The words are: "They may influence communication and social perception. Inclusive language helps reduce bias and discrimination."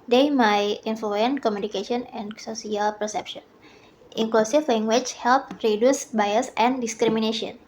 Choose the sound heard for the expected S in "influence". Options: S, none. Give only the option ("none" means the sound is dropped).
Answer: none